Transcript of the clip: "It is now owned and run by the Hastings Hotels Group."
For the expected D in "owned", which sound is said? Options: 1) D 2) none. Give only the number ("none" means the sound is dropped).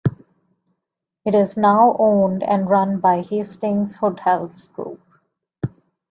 1